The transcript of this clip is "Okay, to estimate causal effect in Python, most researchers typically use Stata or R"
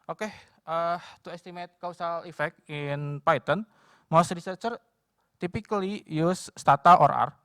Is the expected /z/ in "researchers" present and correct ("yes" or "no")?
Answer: no